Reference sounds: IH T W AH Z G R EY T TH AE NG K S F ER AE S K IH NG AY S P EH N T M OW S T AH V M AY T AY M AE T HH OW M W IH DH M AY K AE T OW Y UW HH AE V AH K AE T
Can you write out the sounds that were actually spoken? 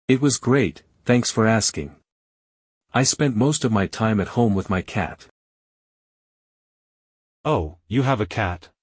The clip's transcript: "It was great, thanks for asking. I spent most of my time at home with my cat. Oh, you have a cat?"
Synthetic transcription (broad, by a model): IH T W AH Z G R EY T TH AE NG K S F ER AE S K IH NG AY S P EH N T M OW S T AH V M AY T AY M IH T HH OW M W IH DH M AY K AE T OW Y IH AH V AH K AE T